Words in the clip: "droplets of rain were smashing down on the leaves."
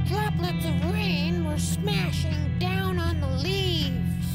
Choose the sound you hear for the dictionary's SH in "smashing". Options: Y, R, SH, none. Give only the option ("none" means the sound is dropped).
SH